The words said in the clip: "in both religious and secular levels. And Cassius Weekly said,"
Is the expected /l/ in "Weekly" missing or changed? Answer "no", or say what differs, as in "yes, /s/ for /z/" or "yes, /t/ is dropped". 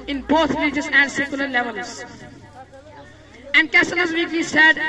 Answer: yes, /l/ is dropped